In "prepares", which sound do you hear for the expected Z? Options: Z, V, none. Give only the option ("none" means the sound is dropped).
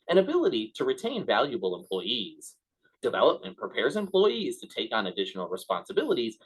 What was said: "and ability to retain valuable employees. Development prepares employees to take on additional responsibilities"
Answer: Z